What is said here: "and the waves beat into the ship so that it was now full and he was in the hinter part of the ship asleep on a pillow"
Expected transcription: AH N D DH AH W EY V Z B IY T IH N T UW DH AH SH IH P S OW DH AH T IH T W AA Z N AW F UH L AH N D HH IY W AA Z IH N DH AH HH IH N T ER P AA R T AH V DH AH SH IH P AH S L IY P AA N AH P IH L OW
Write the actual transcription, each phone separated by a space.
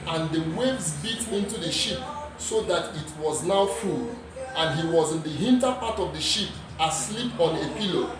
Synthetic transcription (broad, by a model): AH N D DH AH W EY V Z B IY T IH N T UW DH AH SH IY P S OW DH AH T IH T W AA Z N AW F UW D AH N HH IY W AA Z IH N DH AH HH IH N T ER P AA T AH V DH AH SH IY P AH S L IY P AA N AH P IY L OW